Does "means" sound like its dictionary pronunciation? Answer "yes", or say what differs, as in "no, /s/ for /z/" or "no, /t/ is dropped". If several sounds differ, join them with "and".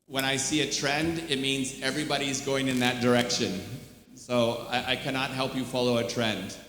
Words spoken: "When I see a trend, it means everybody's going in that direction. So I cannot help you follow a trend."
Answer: yes